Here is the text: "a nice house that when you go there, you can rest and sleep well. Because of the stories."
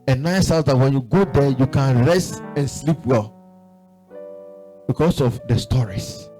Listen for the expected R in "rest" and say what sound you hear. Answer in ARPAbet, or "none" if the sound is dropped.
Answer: R